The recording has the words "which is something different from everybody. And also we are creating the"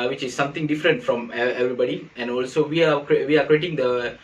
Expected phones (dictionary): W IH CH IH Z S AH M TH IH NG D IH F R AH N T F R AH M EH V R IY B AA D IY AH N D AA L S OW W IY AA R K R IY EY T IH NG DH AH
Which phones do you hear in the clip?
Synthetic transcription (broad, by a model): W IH CH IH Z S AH M T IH NG D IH F R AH N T F R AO M EH V R IY B AA D IY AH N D AA L S OW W IY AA W K R IY EY T IH NG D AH